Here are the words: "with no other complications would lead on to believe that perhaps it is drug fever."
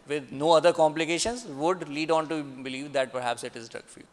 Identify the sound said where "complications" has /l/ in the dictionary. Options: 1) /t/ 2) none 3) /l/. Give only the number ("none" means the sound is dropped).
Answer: 3